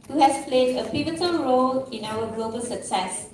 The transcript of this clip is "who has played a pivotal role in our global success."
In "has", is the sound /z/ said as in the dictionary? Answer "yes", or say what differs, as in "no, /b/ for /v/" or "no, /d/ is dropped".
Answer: no, /s/ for /z/